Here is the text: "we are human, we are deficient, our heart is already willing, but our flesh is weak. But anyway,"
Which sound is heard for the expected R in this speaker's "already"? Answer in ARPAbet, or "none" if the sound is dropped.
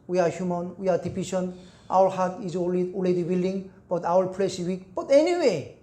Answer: L